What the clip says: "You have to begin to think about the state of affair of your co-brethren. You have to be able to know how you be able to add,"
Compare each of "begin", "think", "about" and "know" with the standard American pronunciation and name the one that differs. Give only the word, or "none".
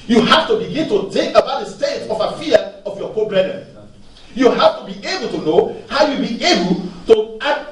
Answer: none